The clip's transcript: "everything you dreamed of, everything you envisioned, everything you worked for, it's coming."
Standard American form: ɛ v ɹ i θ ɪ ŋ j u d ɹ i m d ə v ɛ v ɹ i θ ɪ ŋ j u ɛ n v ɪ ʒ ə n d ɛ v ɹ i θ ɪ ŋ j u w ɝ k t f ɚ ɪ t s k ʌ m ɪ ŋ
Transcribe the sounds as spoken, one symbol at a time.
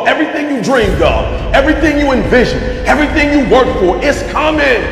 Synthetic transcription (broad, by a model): ɛ v ɹ i θ ɪ ŋ j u d ɹ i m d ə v ɛ v ɹ i θ ɪ ŋ j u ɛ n v ɪ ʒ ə n ɛ v ɹ i θ ɪ ŋ j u w ɝ k t f ɚ ɪ t s k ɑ m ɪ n